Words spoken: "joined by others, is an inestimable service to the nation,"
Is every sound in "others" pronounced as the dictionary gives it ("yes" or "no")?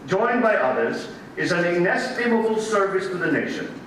yes